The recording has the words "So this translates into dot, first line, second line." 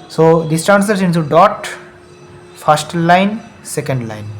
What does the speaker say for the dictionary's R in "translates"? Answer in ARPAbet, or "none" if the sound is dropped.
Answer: none